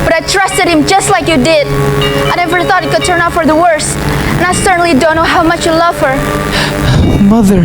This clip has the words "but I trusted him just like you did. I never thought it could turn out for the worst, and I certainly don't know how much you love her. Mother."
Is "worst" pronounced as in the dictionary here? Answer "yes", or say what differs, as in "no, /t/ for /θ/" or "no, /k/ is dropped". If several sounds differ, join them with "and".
yes